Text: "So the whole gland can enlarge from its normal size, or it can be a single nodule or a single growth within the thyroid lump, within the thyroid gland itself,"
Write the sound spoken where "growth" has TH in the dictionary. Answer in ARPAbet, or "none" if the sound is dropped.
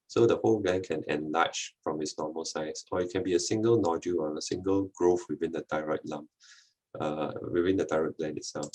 F